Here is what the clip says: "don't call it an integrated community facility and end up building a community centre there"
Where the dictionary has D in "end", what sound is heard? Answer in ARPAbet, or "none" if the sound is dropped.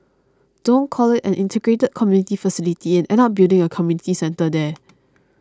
none